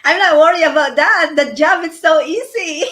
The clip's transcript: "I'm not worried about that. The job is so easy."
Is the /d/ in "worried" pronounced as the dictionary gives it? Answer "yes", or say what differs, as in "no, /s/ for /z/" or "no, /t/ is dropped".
no, /d/ is dropped